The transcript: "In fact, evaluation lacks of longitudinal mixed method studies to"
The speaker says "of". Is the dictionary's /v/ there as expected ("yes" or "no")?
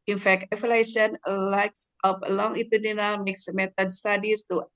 no